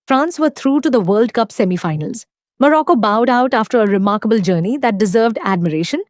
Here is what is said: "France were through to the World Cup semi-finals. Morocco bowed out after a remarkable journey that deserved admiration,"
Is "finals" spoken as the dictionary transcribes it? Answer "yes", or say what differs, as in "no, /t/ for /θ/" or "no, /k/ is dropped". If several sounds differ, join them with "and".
yes